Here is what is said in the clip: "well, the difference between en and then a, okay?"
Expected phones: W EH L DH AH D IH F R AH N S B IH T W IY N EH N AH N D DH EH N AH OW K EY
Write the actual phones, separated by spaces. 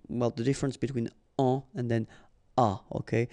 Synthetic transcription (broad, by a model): W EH L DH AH D IH F R AH N S B IH T W IY N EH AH N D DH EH N AH OW K EY